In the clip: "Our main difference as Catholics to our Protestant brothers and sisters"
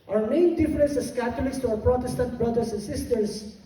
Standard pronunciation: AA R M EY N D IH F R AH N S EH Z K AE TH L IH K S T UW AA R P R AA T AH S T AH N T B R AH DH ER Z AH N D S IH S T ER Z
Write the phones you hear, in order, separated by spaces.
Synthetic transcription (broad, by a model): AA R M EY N D IH F R AH N S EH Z K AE T L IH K S T UW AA P R AA T AH S T AH N T B R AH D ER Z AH N S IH S T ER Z